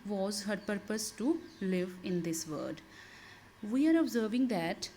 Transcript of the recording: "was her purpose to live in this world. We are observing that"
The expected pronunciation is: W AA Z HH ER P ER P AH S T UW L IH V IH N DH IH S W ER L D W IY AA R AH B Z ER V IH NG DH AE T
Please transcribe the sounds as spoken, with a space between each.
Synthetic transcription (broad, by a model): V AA Z HH ER P ER P AH S T UW L IH V IH N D IH S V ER D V IY AA R AH B Z ER V IH NG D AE T